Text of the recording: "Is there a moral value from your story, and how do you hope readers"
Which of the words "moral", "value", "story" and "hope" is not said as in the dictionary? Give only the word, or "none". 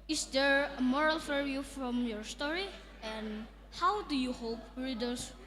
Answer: value